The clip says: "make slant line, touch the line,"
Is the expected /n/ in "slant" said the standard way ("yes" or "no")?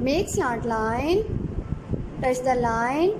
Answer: no